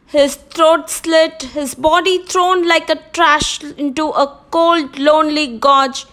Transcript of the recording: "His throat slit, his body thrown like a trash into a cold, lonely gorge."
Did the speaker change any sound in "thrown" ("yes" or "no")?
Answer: yes